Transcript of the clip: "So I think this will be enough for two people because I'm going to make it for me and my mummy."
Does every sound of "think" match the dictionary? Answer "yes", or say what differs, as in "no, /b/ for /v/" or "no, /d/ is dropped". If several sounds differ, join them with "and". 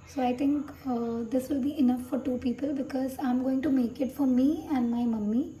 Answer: no, /t/ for /θ/